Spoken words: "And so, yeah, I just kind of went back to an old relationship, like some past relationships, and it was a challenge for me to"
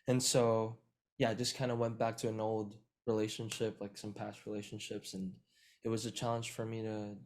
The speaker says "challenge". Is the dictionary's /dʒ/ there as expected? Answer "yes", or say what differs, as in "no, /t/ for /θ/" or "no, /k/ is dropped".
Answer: no, /ʒ/ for /dʒ/